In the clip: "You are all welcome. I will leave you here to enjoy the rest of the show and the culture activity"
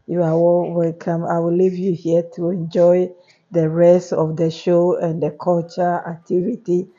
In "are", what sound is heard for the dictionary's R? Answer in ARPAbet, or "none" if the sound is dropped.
W